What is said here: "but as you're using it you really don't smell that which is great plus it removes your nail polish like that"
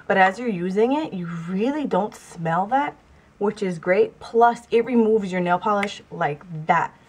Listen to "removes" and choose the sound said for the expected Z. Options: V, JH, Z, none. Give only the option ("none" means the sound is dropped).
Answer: Z